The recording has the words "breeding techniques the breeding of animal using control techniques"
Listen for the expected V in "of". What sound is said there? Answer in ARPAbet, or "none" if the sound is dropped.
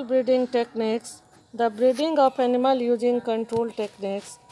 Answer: P